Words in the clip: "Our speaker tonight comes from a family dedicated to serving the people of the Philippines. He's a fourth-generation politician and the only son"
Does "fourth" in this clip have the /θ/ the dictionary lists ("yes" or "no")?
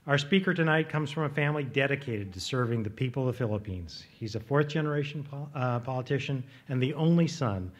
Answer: yes